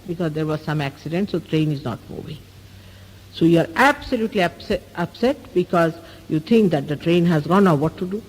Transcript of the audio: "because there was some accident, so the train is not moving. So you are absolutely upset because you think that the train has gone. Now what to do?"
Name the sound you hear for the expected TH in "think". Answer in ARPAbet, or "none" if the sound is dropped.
T